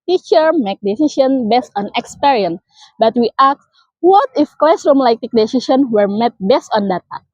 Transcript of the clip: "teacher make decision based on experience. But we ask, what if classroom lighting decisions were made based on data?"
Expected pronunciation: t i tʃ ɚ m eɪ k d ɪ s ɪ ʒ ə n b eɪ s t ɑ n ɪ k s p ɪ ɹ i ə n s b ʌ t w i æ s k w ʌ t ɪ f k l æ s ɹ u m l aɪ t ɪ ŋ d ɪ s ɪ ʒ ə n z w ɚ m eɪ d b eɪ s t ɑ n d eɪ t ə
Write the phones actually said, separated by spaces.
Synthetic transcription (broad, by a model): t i tʃ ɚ m eɪ k d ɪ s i ʃ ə n b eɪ s t ɑ n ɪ k s p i ɹ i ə n s b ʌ t w i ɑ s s w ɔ t ɪ f k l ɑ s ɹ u m l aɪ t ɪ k d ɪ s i ʃ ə n w ɚ m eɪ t b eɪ s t ɑ n d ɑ t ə